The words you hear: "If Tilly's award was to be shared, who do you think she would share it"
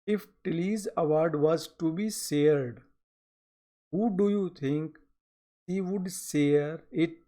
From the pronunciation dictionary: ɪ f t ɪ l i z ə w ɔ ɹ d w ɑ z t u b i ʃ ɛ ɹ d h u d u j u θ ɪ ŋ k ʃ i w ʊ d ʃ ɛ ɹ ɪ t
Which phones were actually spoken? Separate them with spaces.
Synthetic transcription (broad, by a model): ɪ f t ɪ l i z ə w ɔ ɹ d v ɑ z t u b i s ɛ ɹ d h u d u j u t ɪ ŋ k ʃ i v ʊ d s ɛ ɹ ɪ t